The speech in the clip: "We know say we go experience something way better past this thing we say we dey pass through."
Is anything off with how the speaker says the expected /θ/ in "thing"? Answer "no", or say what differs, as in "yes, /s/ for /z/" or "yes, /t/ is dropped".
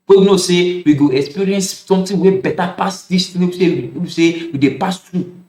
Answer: yes, /t/ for /θ/